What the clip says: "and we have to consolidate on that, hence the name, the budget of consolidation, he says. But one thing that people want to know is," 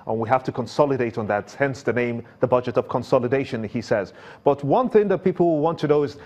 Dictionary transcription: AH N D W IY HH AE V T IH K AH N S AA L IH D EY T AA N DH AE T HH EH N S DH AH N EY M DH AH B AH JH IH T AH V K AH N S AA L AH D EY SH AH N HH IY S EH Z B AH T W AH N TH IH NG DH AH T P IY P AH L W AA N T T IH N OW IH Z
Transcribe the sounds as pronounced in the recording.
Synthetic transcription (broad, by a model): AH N W IY HH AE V T IH K AH N S AA L IH D EY T N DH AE T HH EH N S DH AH N EY M DH AH B AH JH IH T AH V K AH N S AA L AH D EY SH AH N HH IY S EH Z B AH T W AH N TH IH NG DH AH T P IY P L W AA N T T IH N OW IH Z